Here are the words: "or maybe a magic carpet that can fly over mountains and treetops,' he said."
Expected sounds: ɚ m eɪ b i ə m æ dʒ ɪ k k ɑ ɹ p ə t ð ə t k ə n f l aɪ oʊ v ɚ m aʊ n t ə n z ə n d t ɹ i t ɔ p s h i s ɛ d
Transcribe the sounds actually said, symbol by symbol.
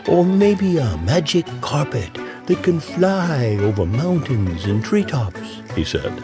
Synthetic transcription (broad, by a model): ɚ m eɪ b i ə m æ dʒ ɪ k k ɑ ɹ p ə t ð ə t k ə n f l aɪ oʊ v ɚ m aʊ n t ə n z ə n t ɹ i t ɔ p s h i s ɛ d